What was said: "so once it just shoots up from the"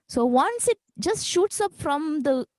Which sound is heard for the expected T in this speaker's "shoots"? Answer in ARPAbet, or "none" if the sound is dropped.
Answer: T